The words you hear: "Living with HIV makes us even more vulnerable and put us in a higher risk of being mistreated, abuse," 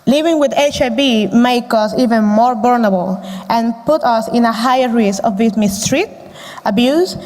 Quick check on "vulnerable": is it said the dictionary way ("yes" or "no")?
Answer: no